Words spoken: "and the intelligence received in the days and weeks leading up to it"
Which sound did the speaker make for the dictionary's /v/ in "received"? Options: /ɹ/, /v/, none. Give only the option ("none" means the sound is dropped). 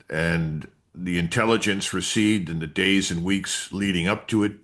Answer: none